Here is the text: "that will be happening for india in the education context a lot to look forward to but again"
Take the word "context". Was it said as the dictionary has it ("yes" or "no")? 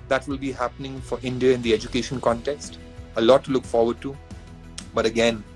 yes